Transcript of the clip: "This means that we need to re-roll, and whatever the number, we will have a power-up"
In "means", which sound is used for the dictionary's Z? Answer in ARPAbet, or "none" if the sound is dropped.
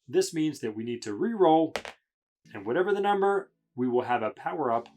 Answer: Z